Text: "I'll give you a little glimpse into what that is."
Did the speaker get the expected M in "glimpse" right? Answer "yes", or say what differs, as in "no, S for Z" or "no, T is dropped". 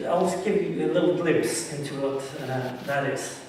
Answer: no, M is dropped